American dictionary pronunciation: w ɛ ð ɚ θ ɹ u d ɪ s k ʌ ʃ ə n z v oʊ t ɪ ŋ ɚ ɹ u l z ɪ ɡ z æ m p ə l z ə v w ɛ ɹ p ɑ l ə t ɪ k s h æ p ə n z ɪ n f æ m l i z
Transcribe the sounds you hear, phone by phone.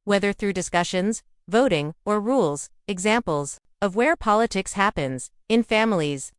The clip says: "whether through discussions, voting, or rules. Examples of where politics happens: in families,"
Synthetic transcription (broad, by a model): w ɛ ð ɚ θ ɹ u d ɪ s k ʌ ʃ ə n z v oʊ t ɪ ŋ ɚ ɹ u l z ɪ ɡ z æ m p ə l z ə v w ɛ ɹ p ɑ l ə t ɪ k s h æ p ə n z ɪ n f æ m l i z